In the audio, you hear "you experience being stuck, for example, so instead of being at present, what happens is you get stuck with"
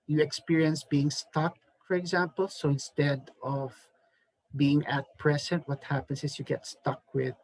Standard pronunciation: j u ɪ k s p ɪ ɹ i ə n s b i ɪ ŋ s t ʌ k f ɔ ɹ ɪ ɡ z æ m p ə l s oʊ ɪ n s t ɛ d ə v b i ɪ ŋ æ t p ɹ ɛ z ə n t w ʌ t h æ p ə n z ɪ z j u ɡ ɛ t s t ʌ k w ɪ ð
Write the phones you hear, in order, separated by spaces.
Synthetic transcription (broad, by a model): j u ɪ k s p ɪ ɹ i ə n s b i ɪ ŋ s t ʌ k f ɔ ɹ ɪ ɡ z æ m p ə l s oʊ ɪ n s t ɛ d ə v b i ɪ ŋ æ t p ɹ ɛ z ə n t w ʌ t h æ p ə n s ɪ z j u ɡ ɛ t s t ʌ k w ɪ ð